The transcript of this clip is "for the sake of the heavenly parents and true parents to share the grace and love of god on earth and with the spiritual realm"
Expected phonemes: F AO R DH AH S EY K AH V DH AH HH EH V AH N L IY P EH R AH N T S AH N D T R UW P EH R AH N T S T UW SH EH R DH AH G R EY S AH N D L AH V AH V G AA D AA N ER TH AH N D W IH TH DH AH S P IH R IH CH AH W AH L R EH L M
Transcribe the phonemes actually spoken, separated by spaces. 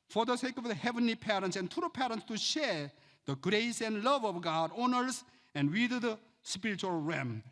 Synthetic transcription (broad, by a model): F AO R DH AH S EY K AH V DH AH HH EH V AH N L IY P EH R AH N T S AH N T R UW P EH R AH N T S T UW SH EH R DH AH G R EY S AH N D L AH V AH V G AA D AA N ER S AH N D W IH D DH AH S P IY R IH CH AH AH L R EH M